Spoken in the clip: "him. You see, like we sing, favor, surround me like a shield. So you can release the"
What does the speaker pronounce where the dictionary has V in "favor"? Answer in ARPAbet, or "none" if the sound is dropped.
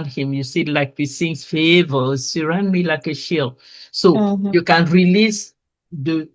V